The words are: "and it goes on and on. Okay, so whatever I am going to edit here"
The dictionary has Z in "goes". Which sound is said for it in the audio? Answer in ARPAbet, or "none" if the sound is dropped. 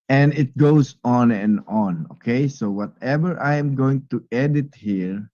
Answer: S